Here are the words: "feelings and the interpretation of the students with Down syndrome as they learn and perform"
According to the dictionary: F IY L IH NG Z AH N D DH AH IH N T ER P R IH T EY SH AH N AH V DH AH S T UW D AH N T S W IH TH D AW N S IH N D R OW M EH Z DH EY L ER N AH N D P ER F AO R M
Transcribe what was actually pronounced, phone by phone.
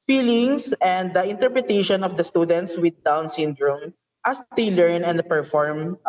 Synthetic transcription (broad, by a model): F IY L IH NG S AH N D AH IH N T ER P R IH T EY SH AH N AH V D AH S T UW D AH N T S W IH D AW N S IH N D R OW M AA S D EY L ER N AH N D P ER F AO R M